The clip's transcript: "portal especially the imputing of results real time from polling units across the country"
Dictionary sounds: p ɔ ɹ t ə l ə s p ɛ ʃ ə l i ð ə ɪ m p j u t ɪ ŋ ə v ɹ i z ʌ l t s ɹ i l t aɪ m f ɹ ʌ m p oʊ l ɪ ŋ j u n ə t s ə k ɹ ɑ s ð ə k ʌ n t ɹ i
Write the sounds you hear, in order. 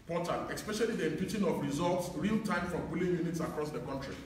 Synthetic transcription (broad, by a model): p ɔ t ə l ə s p ɛ ʃ ə l i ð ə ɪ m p j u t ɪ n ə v ɹ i z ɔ l t s ɹ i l t aɪ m f ɹ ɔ m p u l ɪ j u n ə t s ə k ɹ ɑ s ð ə k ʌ n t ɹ i